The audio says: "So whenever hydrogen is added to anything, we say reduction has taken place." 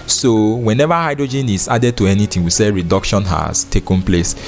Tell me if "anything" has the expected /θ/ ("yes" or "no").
no